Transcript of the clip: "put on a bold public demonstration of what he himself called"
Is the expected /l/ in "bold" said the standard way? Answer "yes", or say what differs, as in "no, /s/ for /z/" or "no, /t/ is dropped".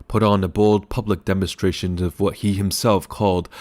no, /l/ is dropped